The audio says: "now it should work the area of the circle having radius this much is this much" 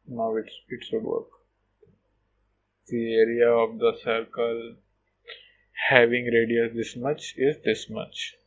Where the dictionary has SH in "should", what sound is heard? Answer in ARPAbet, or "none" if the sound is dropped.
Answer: S